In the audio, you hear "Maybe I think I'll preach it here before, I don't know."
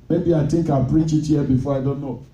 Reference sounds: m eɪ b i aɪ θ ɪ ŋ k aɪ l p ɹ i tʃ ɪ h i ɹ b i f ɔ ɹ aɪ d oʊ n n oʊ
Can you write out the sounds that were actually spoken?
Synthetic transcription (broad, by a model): m eɪ b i aɪ t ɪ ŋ k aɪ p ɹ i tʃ ɪ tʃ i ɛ b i f ɔ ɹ aɪ d oʊ n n oʊ